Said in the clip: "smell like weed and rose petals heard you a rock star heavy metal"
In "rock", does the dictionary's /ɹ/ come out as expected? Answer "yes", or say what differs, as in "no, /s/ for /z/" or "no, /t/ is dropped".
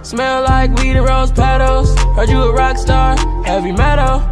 yes